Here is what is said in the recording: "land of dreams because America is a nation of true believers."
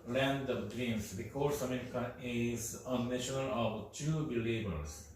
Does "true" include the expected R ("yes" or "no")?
no